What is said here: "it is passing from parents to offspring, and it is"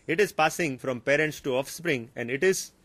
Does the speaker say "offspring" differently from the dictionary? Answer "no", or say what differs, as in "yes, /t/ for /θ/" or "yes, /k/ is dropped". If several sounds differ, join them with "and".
no